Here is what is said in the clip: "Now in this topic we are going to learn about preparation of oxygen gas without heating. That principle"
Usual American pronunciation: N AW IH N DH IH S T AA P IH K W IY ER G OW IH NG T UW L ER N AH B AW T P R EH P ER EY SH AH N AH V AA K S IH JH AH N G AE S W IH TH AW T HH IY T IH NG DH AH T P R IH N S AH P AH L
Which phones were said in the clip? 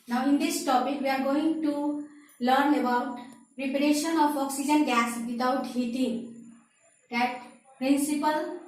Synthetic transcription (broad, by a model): N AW IH N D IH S T AA P IH K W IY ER G OW IH NG T UW L ER N AH B AW T P R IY P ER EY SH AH N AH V AA K S IH JH AH N G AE S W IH T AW T HH IY T IH NG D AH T P R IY N S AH P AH L